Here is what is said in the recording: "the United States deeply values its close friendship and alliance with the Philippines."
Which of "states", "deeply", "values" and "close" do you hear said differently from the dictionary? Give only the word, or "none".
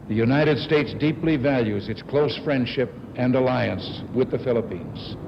none